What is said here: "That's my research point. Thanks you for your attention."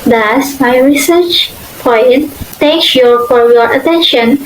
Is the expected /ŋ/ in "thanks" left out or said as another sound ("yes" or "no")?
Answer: yes